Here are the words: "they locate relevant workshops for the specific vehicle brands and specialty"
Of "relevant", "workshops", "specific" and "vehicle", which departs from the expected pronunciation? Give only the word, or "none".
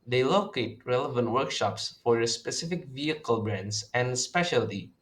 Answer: none